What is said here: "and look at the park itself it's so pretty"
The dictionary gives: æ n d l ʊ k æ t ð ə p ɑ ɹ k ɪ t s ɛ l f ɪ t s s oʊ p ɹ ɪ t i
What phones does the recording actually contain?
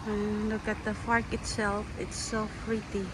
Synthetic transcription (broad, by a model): l ʊ k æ t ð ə f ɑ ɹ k ɪ t s ɛ l f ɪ t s s oʊ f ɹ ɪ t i